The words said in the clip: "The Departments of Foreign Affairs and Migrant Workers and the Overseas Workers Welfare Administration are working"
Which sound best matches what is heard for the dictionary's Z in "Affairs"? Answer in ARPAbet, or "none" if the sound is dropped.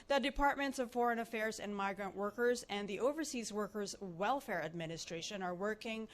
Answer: Z